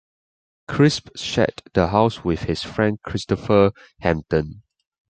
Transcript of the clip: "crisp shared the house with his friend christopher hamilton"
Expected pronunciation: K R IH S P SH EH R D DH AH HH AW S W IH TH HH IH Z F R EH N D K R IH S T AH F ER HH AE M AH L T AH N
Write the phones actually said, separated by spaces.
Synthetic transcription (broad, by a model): K R IH S P SH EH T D AH HH AW S W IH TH HH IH S F R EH N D K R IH S T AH F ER HH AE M T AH N